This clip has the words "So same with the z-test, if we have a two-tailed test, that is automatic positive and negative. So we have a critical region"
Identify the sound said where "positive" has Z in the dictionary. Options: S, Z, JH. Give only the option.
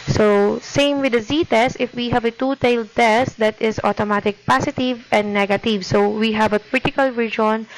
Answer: S